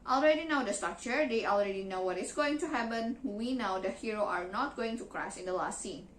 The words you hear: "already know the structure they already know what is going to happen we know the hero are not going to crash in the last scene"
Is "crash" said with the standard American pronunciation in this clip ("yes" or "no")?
no